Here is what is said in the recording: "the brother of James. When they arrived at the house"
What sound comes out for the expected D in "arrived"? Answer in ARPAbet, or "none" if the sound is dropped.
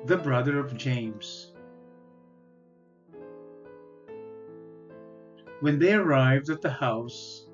D